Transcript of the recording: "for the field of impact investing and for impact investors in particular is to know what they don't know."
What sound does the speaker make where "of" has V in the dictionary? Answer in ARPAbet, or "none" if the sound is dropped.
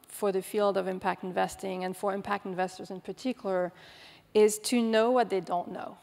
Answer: V